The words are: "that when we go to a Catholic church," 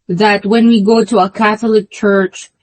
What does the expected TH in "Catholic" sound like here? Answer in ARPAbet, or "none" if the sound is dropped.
TH